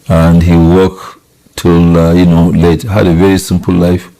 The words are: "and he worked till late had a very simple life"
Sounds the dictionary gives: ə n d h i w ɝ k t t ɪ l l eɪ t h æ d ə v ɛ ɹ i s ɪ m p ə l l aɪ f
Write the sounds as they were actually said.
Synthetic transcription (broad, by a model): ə n d h i w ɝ k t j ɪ n l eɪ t h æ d ə v ɛ ɹ i s ɪ m p ə l l aɪ f